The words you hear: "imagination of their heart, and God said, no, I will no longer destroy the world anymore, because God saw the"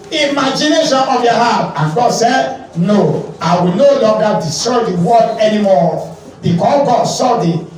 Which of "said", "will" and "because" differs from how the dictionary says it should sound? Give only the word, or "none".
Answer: because